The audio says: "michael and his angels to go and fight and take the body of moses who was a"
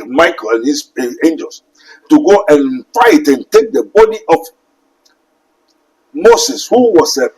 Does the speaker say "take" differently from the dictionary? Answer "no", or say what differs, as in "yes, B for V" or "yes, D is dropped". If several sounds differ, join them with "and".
no